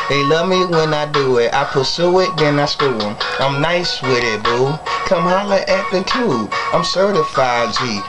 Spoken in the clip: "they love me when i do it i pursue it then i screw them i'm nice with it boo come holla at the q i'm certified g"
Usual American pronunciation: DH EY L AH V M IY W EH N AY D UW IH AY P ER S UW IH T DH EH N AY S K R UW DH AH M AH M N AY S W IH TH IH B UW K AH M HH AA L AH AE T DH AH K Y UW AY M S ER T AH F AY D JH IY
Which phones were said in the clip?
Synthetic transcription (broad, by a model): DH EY L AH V M IY W EH N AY D UW IH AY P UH S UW IH T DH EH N AY S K UW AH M AH M N AY S W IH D IH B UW K AH M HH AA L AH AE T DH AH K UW AY M S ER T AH F AY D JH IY